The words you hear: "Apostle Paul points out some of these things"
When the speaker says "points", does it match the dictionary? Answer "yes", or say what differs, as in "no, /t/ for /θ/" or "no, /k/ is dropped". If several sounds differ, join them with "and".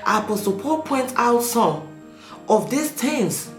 no, /s/ is dropped